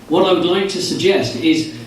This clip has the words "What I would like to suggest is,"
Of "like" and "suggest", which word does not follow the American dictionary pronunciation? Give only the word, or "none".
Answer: none